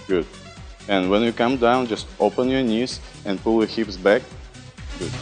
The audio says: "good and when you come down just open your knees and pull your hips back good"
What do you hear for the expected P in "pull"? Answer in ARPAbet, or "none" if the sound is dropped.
P